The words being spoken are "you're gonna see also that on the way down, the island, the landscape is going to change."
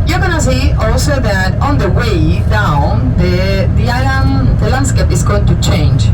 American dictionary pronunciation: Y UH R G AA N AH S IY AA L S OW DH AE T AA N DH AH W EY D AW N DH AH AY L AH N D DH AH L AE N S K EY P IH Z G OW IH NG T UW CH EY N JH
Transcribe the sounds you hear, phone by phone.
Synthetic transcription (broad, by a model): Y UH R G AA N AH S IY AA L S OW DH AE T AA N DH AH W EY D AW N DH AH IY AH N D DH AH L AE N S K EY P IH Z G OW T UW CH EY N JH